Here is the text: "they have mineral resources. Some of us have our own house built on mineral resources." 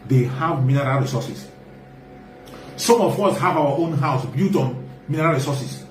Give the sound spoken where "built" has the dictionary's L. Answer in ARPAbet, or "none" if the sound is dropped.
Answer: none